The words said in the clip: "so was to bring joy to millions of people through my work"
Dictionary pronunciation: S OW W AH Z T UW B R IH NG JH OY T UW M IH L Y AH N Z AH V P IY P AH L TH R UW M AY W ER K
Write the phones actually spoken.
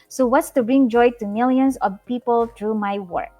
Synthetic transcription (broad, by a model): S OW W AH S T UW B R IH NG JH OY T UW M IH L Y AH N S AH V P IY P AH L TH R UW M AY W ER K